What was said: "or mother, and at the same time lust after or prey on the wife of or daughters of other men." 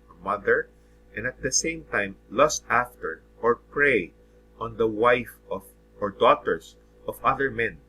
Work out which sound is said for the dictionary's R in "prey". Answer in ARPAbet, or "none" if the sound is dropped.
R